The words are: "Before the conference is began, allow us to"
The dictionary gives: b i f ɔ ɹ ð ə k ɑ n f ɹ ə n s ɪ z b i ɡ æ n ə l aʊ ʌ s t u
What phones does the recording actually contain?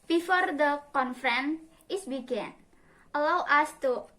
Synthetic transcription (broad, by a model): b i f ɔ ɹ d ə k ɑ n f ɹ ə n ɪ s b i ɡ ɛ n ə l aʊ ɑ s t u